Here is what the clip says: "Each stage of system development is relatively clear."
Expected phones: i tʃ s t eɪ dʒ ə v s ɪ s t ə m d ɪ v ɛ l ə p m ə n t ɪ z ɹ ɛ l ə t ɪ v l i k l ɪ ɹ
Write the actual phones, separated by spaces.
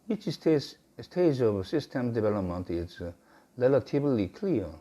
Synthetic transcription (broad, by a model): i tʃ s t eɪ dʒ ə v s ɪ s t ə m d ɪ v ɛ l ə p m ə n t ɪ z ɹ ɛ l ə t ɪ b l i k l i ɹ